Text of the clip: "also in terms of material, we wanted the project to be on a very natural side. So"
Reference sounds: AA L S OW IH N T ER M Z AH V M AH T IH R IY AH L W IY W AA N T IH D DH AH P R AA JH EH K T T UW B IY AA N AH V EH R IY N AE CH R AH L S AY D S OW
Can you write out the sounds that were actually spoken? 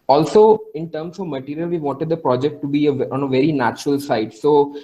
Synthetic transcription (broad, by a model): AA L S OW IH N T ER M S AH V M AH T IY R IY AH L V IY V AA N T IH D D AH P R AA JH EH K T T UW B IY AA N AH V EH R IY N AE CH R AH L S AY D S OW